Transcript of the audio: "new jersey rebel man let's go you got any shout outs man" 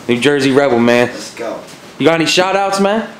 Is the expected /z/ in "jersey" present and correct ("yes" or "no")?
yes